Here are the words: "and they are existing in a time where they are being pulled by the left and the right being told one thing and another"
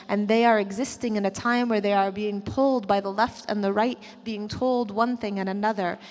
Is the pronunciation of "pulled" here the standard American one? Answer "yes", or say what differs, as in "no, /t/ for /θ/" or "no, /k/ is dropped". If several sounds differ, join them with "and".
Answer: yes